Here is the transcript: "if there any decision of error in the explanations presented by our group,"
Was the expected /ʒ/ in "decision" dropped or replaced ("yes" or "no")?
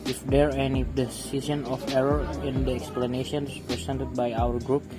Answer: yes